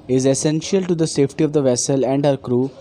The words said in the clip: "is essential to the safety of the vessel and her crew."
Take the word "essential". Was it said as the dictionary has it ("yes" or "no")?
yes